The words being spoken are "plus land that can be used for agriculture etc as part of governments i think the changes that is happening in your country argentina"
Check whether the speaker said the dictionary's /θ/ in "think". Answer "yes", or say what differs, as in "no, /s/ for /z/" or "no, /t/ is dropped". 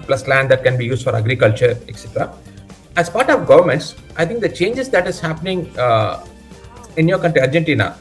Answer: no, /t/ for /θ/